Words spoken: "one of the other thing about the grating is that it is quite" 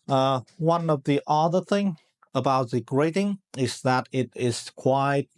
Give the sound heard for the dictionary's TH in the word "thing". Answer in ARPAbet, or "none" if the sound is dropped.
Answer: TH